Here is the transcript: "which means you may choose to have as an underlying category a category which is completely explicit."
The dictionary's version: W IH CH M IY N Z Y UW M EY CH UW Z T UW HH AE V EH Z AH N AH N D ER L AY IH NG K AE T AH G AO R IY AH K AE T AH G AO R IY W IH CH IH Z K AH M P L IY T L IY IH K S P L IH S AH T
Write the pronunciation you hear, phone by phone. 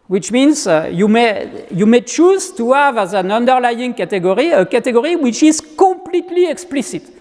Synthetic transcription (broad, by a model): W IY CH M IY N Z Y UW M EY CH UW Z T UW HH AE V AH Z AH N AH N D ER L AY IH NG K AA T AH G AO R IY AH K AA T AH G AO R IY W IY CH IH Z K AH P L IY T L IY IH K S P L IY S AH T